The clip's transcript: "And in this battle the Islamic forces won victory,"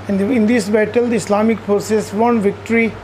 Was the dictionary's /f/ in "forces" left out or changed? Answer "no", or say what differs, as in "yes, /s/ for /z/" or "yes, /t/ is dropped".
yes, /p/ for /f/